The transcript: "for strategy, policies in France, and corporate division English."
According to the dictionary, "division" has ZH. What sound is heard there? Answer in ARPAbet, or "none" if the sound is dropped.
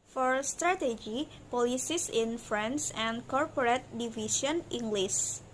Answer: S